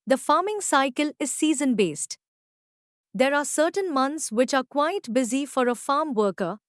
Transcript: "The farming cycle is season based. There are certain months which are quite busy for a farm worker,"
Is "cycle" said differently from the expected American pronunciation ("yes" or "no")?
no